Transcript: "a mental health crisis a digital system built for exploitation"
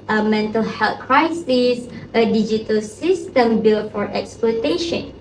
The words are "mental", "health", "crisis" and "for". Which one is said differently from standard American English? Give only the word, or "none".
health